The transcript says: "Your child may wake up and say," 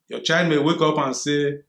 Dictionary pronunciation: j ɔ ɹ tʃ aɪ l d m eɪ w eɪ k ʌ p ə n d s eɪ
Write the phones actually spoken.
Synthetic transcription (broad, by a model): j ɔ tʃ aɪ d m eɪ w eɪ k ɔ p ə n s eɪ